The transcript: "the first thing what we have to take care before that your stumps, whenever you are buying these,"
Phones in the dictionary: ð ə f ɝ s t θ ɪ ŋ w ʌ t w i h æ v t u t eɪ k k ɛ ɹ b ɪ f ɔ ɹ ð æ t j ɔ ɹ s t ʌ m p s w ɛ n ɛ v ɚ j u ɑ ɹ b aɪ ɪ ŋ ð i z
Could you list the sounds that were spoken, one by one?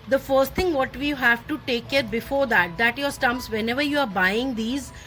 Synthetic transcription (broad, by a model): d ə f ɝ s t t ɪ ŋ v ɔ t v i h æ v t u t eɪ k k ɛ ɹ b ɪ f ɔ ɹ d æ t j ɔ ɹ s t ʌ m p s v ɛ n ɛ v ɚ j u ɑ ɹ b aɪ ɪ ŋ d i z